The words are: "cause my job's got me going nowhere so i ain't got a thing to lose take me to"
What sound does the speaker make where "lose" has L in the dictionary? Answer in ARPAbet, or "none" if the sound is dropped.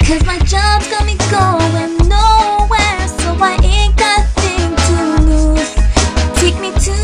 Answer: N